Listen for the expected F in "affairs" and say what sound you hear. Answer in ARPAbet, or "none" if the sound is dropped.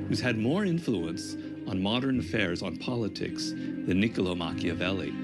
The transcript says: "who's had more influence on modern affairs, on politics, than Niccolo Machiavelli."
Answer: F